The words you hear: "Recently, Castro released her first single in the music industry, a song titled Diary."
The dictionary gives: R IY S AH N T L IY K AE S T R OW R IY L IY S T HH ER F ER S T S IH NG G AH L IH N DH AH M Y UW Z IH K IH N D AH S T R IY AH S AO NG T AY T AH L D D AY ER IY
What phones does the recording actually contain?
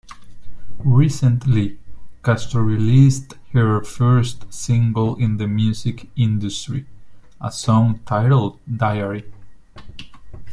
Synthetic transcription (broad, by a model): R IY S AH N T L IY K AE S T OW R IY L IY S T HH ER F ER S T S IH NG G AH L IH N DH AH M Y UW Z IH K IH N D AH S T R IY AH S AO NG T AY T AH L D D AY ER IY